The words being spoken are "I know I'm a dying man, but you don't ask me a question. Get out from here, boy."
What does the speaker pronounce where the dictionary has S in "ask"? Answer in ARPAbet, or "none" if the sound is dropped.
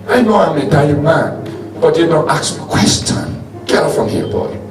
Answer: none